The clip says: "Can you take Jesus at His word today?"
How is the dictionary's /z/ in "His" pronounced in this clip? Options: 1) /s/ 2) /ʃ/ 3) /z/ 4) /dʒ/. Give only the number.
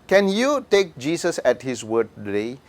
1